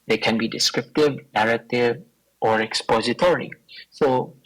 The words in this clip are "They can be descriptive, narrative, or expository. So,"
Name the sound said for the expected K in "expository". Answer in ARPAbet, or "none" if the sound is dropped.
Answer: K